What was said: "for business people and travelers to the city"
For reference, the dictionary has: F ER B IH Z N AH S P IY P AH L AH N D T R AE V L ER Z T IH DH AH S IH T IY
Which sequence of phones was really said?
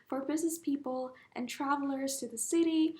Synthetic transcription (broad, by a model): F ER B IH Z N AH S P IY P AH L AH N T R AE V L ER Z T IH DH AH S IH T IY